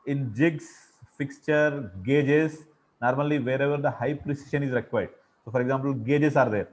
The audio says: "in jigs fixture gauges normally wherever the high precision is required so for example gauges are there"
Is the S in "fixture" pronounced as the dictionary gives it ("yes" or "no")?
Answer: yes